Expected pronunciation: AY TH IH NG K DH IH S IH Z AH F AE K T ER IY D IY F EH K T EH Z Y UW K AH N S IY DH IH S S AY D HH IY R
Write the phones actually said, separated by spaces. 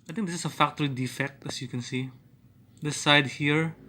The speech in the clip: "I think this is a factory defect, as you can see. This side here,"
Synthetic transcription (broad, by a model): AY T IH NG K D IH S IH S AH F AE K T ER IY D IY F EH K T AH S Y UW K AH N S IY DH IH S S AY D HH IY R